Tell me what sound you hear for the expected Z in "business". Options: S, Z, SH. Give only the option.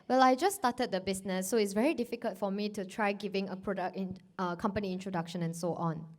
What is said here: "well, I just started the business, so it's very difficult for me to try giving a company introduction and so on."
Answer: S